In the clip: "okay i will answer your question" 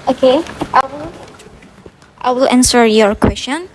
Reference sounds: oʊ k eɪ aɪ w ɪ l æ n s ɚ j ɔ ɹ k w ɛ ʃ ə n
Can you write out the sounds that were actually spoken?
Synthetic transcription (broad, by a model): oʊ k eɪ aɪ w ɪ l æ n s ɚ j ɔ ɹ k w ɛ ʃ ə n